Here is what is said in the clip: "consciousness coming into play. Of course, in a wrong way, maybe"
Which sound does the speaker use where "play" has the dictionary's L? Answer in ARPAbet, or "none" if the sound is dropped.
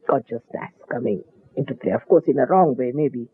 L